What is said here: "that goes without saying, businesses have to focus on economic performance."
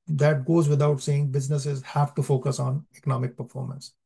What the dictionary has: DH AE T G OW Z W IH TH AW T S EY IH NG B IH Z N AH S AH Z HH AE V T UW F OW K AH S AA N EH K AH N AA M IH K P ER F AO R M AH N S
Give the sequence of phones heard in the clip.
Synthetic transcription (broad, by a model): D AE T G OW Z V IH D AW T S EY IH NG B IH Z N AH S AH Z HH AE V T UW F OW K AH S AA N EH K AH N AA M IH K P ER F AO R M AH N S